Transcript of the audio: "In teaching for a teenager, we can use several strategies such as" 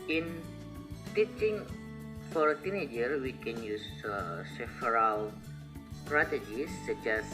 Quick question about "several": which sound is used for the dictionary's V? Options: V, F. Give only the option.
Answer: F